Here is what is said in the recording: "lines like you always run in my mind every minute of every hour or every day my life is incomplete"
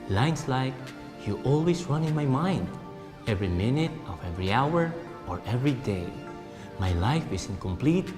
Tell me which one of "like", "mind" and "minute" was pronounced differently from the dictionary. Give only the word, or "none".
none